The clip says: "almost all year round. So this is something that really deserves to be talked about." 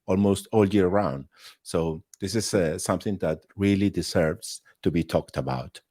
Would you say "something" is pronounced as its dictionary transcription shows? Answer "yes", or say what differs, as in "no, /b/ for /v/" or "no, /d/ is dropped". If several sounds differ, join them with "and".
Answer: yes